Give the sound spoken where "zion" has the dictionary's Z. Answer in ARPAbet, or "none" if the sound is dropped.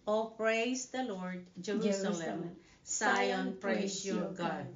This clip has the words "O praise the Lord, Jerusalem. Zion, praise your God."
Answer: S